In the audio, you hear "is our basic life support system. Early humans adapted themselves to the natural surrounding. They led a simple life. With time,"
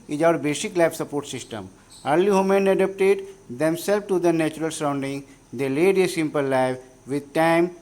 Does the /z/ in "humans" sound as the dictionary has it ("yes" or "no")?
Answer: no